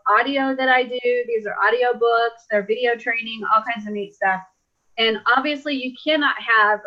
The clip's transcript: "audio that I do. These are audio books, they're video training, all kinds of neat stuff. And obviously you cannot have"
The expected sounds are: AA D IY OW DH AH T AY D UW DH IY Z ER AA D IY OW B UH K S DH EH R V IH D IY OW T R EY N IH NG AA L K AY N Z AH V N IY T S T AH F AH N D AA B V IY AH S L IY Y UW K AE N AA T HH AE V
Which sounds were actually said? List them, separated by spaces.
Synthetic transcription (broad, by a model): AA D IY OW DH AH T AY D UW DH IY Z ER AA D IY OW B UH K S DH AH R V IH D IY OW T R EY N IH NG AA L K AY N Z AH V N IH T S T AH F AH N AA B V IY AH S L IY Y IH K AE N AA T HH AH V